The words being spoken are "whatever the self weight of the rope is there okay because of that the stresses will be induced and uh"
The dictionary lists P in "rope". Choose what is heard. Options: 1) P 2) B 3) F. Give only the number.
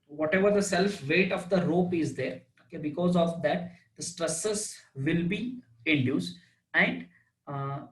1